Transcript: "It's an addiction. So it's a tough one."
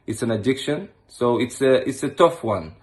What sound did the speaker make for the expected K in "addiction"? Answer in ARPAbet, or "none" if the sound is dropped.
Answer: K